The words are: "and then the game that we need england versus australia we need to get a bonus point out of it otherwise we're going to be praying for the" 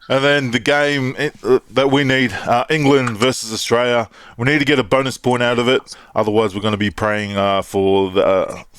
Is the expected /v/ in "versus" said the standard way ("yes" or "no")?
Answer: yes